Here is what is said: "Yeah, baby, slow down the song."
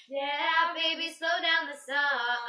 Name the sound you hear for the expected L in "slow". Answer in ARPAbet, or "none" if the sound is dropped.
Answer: L